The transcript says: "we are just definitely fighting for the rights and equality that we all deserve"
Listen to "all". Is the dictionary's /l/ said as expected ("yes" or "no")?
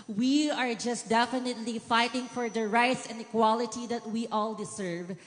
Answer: yes